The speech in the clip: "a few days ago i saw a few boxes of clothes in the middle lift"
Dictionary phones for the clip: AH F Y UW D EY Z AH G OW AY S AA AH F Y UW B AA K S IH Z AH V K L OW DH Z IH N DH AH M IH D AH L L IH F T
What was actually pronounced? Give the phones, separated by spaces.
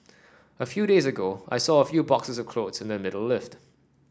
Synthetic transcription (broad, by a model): AH F Y UW D EY Z AH G OW AY S AA AH F Y UW B AA K S IH Z AH V K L OW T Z IH N DH AH M IH D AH L L IH F T